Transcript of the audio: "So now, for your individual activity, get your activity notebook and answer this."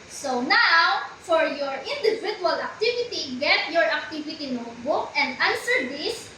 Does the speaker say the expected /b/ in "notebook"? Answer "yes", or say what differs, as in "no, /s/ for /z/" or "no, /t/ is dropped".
yes